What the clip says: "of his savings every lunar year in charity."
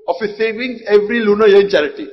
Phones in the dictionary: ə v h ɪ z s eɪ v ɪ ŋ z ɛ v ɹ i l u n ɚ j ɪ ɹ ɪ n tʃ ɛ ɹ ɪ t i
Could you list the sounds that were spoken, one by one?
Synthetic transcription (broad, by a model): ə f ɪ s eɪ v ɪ ŋ ɛ v ɹ i l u n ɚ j ɪ n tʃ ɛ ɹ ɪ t i